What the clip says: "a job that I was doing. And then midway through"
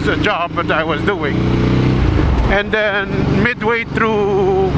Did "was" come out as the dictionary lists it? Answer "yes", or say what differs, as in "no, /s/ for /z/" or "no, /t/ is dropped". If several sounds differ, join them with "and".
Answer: yes